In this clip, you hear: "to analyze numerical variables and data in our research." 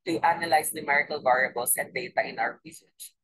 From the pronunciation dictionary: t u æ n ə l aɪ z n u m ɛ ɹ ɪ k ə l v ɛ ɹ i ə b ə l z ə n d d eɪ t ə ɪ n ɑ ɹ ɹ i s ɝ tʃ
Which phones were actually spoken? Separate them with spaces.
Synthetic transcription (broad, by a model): t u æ n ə l aɪ s n u m ɛ ɹ ɪ k ə l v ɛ ɹ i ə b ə l s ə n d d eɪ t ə ɪ n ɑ w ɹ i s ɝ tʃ